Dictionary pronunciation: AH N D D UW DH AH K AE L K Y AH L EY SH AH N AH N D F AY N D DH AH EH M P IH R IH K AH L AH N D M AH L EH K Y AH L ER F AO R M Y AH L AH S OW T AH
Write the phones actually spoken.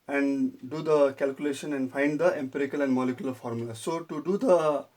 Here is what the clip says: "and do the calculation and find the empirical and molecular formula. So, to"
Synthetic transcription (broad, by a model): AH N D D UW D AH K AE L K Y AH L EY SH AH N AH N D F AY N D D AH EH M P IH R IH K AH L AH N D M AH L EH K Y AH L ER F AO R M Y AH L AH S OW T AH